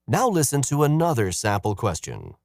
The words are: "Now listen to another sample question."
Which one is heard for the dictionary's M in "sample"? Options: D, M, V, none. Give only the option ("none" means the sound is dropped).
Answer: none